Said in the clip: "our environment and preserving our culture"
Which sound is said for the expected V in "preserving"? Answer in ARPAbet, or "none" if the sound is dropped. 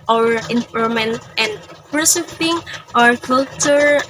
P